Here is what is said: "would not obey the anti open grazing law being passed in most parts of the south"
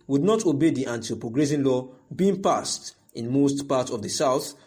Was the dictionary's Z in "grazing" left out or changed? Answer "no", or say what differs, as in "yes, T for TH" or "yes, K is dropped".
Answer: yes, S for Z